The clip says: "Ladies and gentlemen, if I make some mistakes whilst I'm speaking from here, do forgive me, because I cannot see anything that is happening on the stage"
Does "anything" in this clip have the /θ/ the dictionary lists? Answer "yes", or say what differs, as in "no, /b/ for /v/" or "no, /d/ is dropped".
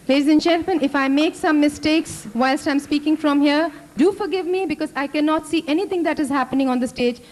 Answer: no, /t/ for /θ/